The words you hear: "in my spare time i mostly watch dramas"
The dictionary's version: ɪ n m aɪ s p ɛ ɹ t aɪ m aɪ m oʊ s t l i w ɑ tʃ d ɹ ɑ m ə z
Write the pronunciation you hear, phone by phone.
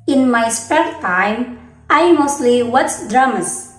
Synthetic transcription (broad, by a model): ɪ n m aɪ s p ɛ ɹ t aɪ m aɪ m oʊ s t l i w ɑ s d ɹ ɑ m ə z